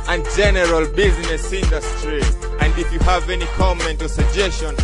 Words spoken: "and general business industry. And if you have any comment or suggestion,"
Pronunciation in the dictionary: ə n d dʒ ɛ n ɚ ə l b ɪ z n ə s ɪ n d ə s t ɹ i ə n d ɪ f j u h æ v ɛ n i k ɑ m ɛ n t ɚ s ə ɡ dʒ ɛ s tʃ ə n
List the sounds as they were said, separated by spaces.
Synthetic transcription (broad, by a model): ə n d dʒ ɛ n ɚ ə l b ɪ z n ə s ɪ n d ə s t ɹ i ə n d ɪ f j u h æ v ɛ n i k ɑ m ɛ n t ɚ s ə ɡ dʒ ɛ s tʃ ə n